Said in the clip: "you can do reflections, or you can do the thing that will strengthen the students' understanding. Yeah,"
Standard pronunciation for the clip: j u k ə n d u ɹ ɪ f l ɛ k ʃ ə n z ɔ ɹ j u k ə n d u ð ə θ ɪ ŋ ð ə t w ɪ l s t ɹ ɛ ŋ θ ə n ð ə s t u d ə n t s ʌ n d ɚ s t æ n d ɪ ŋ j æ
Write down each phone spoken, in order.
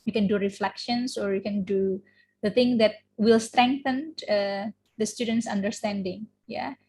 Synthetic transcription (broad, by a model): j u k ə n d u ɹ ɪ f l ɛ k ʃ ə n s ɔ ɹ j u k ə n d u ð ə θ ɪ ŋ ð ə t w ɪ l s t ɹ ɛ ŋ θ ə n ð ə s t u d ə n t s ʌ n d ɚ s t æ n d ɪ ŋ j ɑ